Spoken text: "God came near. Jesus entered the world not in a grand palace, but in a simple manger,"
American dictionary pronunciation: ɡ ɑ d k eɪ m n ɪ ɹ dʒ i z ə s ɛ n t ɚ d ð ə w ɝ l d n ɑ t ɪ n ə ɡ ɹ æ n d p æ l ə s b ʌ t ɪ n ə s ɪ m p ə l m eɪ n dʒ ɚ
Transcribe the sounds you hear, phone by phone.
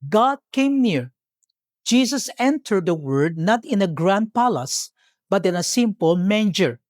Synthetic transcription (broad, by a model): ɡ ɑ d k eɪ m n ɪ ɹ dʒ i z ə s ɛ n t ɚ d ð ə w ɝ d n ɑ t ɪ n ə ɡ ɹ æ n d p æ l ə s b ʌ t ɪ n ə s ɪ m p ə l m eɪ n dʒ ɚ